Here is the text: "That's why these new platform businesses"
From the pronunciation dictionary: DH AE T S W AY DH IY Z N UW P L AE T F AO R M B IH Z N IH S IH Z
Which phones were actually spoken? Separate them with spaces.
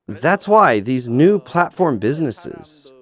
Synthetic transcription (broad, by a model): DH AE T S W AY DH IY Z N UW P L AE T F AO R M B IH Z N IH S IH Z